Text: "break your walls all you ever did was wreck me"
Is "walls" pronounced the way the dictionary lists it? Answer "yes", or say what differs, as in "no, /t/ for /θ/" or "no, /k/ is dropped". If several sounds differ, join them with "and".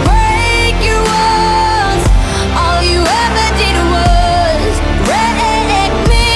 no, /n/ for /l/